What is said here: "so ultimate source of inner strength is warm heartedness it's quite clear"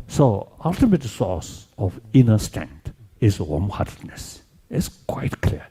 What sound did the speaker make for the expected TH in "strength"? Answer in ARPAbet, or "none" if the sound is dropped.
T